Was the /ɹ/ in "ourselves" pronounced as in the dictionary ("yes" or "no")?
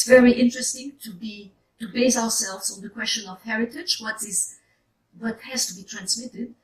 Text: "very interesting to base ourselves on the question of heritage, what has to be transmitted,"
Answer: no